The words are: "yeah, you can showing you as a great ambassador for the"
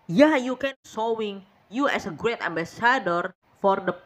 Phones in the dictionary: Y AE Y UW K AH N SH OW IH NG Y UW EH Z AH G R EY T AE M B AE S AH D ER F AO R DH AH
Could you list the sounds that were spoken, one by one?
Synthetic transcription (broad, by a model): Y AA Y UW K AH N S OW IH NG Y UW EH S AH G R EY T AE M B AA S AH D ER F AO R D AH